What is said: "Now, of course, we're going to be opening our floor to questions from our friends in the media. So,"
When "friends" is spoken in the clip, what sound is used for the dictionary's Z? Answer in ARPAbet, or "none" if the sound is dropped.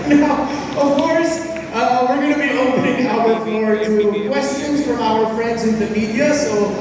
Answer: Z